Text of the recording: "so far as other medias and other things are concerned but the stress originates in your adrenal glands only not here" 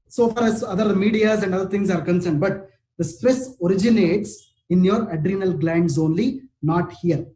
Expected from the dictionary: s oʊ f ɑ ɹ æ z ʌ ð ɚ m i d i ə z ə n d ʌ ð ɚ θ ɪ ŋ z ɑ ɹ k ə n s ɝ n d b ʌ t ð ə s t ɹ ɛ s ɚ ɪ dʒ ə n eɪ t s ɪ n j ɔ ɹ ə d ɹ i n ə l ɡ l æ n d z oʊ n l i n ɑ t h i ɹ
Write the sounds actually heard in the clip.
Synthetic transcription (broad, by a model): s oʊ f ɑ ɹ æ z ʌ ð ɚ m i d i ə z ə n d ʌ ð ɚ t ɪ ŋ s ɑ ɹ k ə n s ɝ n d b ʌ t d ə s t ɹ ɛ s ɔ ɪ dʒ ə n eɪ t s ɪ n j ɔ ɹ ə d ɹ i n ə l ɡ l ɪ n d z oʊ n l i n ɑ t h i ɹ